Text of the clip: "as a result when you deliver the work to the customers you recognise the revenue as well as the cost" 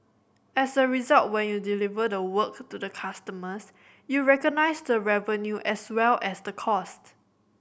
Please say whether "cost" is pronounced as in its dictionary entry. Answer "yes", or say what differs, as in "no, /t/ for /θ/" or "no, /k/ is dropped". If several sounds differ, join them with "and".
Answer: yes